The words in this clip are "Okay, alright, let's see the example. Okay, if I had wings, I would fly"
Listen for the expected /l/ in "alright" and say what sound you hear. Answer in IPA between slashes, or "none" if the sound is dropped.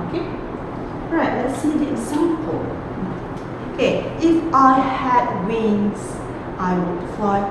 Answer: none